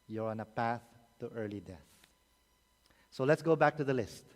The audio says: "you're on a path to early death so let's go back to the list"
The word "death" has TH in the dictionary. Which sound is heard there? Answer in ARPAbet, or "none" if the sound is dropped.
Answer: TH